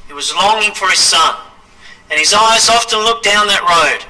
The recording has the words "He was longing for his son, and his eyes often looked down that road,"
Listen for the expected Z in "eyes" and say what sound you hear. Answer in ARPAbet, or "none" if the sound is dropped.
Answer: Z